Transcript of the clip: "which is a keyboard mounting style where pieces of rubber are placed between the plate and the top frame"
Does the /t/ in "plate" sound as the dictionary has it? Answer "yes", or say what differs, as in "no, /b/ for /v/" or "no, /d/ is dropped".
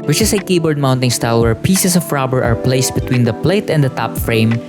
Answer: yes